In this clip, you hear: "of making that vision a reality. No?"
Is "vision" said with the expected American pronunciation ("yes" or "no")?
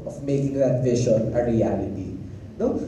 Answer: no